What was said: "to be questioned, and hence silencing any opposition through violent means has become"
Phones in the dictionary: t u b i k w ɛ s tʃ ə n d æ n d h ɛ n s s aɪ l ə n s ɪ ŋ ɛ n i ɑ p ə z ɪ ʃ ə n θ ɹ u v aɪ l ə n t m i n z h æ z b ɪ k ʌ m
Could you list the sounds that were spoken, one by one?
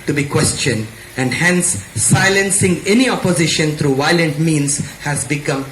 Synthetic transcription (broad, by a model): t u b i k w ɛ s tʃ ə n d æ n d h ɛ n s s aɪ l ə n s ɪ ŋ ɛ n i ɑ p ə z ɪ ʃ ə n t ɹ u v aɪ l ə n t m i n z h æ z b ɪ k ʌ m